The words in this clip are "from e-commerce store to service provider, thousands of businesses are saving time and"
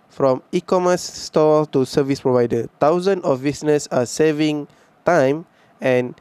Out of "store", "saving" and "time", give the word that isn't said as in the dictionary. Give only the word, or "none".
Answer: store